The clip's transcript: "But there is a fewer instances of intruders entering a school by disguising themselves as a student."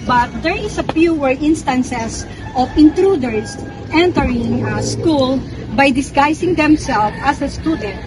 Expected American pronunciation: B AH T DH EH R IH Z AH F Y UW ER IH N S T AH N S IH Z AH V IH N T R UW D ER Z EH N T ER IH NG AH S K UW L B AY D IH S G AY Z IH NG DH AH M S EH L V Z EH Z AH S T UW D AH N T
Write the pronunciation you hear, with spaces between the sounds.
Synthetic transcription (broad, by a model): B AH T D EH R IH S AH P Y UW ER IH N S T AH N S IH S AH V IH N T R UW D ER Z EH N T ER IH NG AH S K UW L B AY D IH S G AY S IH NG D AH M S EH L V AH S AH S T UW D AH N T